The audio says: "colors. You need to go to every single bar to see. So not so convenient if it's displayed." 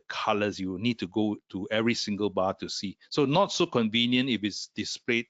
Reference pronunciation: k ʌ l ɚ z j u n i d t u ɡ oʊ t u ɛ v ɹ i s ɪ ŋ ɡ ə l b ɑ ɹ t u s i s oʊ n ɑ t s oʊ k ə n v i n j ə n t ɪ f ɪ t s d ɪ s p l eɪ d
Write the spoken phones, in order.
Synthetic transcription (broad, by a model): k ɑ l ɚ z j u n i d t u ɡ oʊ t u ɛ v ɹ i s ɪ ŋ ɡ ə l b ɑ t u s i s oʊ n ɑ t s oʊ k ə n v i n j ə n t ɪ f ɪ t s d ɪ s p l eɪ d